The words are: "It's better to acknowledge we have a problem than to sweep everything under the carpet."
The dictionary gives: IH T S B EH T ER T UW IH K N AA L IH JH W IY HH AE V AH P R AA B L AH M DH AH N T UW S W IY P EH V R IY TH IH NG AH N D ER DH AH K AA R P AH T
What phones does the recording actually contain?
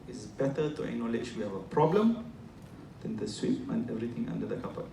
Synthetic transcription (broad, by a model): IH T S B EH T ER T UW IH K N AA L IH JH W IY HH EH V AH P R AA B L AH M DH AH N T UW S W IY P EH V R IY T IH NG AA N D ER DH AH K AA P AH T